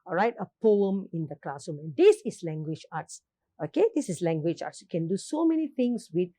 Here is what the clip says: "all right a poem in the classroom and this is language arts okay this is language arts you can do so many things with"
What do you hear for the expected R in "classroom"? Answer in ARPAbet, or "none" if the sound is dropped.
none